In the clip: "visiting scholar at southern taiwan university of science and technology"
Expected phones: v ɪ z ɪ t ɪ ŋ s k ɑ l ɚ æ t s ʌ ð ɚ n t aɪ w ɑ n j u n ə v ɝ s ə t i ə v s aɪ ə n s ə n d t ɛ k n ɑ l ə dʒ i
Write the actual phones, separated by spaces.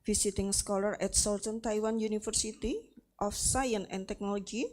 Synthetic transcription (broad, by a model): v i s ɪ t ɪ ŋ s k ɑ l ɚ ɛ t s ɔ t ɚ n t aɪ w ɑ n j u n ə f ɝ s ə t i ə f s aɪ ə n ə n t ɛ k n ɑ l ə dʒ i